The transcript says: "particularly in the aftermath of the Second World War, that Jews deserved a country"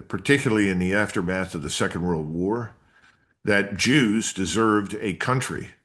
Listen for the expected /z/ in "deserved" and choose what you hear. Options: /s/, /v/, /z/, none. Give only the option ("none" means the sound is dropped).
/z/